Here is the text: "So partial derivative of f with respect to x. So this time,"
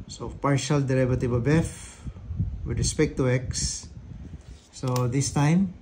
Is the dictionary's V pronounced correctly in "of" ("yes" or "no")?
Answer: no